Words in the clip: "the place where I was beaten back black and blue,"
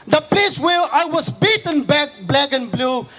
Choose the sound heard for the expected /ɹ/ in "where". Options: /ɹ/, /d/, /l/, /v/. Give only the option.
/l/